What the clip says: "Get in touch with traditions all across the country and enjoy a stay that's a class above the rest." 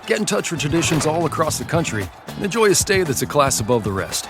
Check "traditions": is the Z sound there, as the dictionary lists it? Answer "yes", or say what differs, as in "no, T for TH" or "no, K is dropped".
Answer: yes